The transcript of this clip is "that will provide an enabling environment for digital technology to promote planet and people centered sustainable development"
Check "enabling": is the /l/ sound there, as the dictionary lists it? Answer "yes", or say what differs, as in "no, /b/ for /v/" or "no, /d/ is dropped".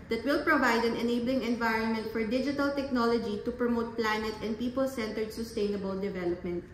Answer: yes